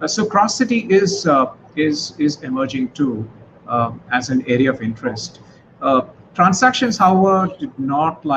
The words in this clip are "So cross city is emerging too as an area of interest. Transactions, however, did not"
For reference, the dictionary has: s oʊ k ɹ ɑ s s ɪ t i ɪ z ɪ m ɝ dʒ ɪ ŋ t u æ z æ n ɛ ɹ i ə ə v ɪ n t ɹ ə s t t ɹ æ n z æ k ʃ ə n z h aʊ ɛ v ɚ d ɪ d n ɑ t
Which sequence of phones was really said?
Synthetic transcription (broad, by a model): s oʊ k ɹ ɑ s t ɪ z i ɪ z ɪ m ɝ dʒ ɪ ŋ t u æ z æ n ɛ ɹ i ə ə v ɪ n t ɹ ə s t t ɹ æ n s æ k ʃ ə n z h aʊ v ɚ d ɪ d n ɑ t